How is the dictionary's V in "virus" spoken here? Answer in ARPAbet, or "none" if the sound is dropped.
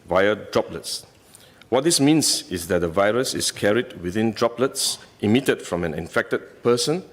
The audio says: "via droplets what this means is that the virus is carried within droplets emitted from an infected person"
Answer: V